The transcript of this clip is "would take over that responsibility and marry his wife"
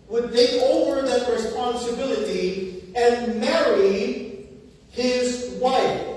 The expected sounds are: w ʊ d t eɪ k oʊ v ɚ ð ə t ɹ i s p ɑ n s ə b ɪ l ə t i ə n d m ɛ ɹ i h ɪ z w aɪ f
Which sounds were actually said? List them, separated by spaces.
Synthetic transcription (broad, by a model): w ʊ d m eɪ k oʊ v ɚ ð ə t ɹ i s p ɑ n s ə b ɪ l ə t i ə n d m ɛ ɹ i h ɪ z w aɪ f